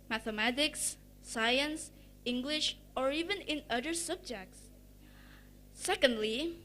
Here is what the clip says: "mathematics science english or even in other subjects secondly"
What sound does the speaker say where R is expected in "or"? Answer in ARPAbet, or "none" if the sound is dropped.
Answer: R